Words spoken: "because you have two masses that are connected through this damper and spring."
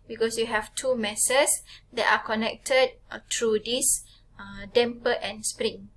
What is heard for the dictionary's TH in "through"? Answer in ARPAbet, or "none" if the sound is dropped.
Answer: T